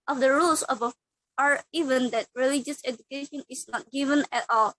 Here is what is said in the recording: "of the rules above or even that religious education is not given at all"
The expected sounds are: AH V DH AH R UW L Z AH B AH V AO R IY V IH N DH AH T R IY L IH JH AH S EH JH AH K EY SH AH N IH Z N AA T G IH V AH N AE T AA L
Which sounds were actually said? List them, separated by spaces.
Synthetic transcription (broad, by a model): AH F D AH R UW L S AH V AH AO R IY V IH N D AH T R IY L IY JH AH S EH JH AH K EY SH AH N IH S N AA T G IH V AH N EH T AA L